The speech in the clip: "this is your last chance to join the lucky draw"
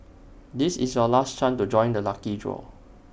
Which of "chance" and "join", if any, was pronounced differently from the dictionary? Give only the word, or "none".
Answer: chance